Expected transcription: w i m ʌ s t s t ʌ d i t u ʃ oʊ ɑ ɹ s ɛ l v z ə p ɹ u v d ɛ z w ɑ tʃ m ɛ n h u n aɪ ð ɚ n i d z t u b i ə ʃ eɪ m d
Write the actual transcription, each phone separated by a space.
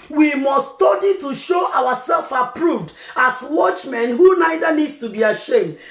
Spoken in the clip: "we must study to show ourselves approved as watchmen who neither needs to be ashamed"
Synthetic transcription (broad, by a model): w i m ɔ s s t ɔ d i t u ʃ oʊ ɑ w s ɛ l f ə p ɹ u v d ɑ s w ɑ tʃ m ɛ n h u n aɪ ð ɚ n i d s t u b i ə ʃ eɪ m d